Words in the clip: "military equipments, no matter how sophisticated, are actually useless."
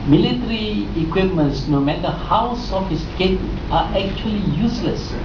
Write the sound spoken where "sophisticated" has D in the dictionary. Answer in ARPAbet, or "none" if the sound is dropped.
none